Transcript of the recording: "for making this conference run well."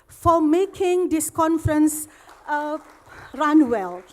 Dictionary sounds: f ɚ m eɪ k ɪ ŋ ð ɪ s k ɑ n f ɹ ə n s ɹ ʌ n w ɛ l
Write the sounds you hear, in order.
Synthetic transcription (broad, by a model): f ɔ m eɪ k ɪ ŋ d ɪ s k ɑ n f ɹ ə n s ɹ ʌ n w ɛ l